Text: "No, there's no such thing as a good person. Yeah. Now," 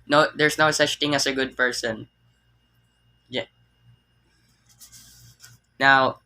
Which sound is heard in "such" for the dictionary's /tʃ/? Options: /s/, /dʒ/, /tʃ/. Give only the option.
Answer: /tʃ/